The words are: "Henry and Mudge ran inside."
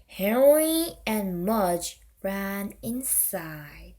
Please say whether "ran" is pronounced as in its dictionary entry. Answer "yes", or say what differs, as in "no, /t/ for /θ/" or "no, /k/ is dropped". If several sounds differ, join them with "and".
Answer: yes